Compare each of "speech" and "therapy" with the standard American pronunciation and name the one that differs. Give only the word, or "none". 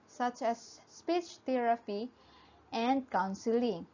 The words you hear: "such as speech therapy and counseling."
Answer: therapy